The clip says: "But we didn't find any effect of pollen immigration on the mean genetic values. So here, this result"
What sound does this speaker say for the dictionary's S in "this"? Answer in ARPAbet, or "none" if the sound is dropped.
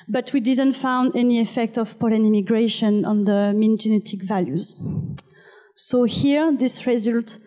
S